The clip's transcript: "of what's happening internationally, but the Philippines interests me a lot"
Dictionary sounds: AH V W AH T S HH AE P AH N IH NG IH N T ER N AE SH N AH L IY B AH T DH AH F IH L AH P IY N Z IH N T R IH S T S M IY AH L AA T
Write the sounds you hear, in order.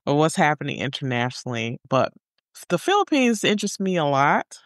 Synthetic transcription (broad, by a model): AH W AH T S HH AE P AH N IH NG IH N T ER N AE SH N L IY B AH T DH AH F IH L AH P IY N Z IH N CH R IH S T M IY AH L AA T